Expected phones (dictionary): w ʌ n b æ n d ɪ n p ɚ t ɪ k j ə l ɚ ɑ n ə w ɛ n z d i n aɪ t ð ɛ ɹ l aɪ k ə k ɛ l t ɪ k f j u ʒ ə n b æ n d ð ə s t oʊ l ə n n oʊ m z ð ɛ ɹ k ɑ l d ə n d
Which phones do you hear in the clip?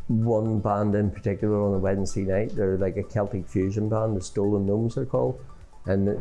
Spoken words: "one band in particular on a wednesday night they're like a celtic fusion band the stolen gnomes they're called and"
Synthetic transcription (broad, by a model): w ʌ n b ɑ n d ɪ n p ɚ t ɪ k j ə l ɚ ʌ n ə w ɛ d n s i n aɪ t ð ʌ ɹ l aɪ k ə k ɛ l t ɪ k f j u ʒ ə n b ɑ n d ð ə s t oʊ l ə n n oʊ m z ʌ ɹ k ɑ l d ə n